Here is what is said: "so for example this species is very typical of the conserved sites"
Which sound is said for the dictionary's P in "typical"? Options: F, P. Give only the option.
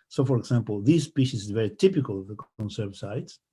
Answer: P